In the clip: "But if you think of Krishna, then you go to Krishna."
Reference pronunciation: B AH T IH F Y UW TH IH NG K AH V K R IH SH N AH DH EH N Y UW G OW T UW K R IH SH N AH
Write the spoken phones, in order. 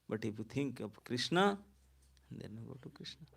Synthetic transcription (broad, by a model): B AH T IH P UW T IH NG K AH P K R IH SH N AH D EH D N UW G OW T UW K R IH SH N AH